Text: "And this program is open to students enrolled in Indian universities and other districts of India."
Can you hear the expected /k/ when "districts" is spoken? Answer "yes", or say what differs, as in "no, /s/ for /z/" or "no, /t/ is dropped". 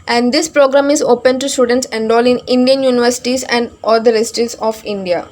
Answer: no, /k/ is dropped